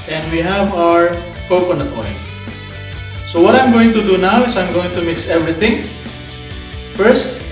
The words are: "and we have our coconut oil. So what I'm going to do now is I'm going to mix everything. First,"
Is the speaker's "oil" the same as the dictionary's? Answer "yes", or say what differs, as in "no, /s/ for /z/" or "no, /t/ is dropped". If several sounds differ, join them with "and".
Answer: no, /n/ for /l/